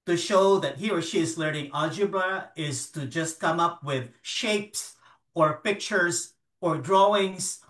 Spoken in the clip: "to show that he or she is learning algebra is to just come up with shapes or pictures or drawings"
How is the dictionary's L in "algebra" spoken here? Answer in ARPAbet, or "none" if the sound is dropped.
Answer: none